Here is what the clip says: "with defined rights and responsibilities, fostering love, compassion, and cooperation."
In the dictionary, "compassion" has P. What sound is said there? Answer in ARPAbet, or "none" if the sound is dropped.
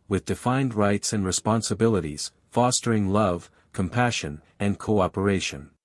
P